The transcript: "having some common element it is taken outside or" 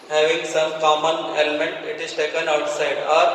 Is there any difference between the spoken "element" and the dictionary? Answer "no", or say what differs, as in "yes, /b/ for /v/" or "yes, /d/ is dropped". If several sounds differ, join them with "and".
no